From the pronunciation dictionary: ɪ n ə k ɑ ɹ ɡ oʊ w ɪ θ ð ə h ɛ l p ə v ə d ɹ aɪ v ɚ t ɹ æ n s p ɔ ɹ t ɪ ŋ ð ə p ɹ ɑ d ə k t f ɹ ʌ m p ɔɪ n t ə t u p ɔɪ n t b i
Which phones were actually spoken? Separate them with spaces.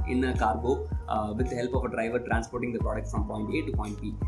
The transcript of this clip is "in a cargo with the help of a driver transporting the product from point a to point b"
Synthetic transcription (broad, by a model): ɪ n ə k ɑ ɹ ɡ oʊ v ɪ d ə h ɛ l p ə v ə d ɹ aɪ v ɚ t ɹ æ n s p ɔ ɹ t ɪ ŋ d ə p ɹ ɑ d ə k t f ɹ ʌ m p ɔɪ n t ə t u p ɔɪ n t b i